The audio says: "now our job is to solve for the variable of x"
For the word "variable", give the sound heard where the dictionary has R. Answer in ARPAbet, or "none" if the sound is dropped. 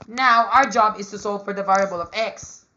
R